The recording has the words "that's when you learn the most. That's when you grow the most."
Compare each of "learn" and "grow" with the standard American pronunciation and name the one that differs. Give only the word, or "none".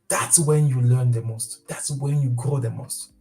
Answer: none